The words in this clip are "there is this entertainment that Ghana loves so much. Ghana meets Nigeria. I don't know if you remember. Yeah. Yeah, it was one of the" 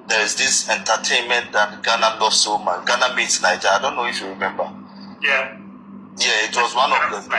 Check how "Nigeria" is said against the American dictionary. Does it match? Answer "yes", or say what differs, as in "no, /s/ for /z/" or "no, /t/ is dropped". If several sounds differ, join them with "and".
no, /ɹ/ is dropped